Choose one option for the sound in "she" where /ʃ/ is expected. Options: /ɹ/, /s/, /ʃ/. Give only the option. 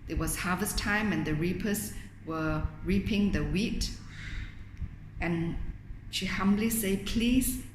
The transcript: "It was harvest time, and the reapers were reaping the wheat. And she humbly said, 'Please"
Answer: /ʃ/